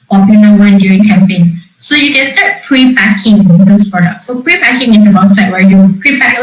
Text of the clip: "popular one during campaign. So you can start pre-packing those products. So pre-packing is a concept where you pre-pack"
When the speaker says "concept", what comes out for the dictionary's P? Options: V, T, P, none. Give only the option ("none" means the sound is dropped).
none